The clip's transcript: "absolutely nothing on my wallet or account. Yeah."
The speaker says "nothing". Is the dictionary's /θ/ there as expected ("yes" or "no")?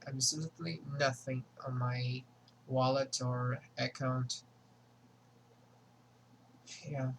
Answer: yes